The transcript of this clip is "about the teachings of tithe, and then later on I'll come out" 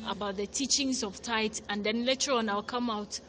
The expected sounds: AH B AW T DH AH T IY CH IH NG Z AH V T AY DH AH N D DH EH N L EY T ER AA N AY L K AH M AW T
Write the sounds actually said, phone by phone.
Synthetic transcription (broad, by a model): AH B AW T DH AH T IY CH IH NG Z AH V T AY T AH N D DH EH N L EY T ER AA N AY L K AH M AW T